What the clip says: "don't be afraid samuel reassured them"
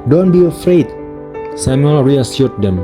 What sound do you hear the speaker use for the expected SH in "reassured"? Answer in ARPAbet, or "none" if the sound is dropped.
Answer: S